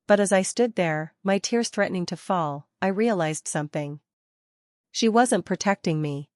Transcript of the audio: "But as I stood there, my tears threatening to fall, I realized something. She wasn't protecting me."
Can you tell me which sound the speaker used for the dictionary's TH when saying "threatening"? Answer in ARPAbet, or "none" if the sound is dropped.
TH